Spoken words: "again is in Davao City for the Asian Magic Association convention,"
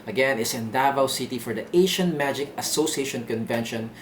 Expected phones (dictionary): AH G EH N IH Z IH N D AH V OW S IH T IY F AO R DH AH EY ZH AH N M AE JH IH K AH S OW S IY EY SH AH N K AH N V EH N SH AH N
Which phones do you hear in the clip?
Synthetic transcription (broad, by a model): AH G EH N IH S IH N D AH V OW S IH T IY F AO R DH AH EY SH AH N M AE JH IH K AH S OW S IY EY SH AH N K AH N V EH N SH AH N